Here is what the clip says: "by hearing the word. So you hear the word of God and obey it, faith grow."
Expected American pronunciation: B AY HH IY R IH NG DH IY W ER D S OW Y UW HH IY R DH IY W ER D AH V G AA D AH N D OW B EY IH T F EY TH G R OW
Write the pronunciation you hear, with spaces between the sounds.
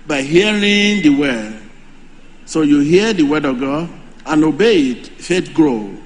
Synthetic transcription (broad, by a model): B AY HH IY R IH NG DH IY W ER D S OW Y UW HH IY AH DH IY W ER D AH G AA AH N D OW B EY IH T F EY T G R OW